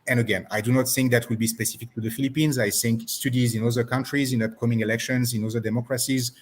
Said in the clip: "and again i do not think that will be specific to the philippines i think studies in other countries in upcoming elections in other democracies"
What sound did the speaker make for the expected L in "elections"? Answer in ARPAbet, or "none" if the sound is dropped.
L